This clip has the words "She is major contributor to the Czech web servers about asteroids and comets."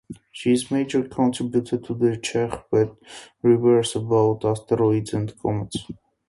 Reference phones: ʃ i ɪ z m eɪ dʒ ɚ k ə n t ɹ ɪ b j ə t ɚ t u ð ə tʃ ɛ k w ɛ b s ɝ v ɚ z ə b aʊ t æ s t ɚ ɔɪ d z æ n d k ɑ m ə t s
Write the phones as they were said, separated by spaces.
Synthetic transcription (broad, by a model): ʃ i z m eɪ dʒ ɚ k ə n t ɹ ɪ b j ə t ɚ t u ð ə tʃ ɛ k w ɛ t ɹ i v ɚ s ə b aʊ t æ s t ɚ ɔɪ d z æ n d k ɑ m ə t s